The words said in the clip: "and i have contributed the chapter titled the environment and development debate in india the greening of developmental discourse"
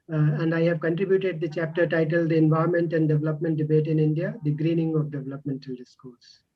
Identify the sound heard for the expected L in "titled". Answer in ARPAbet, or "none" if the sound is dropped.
L